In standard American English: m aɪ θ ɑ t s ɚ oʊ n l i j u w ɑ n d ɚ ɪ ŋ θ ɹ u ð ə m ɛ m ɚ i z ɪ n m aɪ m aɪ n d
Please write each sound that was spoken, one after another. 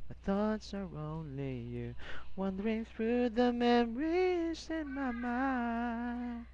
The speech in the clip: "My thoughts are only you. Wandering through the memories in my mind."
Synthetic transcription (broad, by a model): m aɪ θ ɑ t s ɚ oʊ n l i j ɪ w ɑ n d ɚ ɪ ŋ θ ɹ u ð ə m ɛ m ɚ i z ɪ n m aɪ m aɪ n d